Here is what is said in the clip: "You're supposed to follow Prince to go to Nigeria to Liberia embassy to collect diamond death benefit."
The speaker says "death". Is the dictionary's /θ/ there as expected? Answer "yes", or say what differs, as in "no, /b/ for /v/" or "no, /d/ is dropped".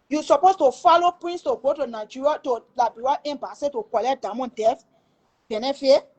no, /f/ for /θ/